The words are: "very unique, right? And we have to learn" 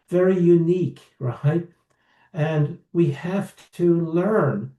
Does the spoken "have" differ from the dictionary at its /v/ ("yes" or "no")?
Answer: yes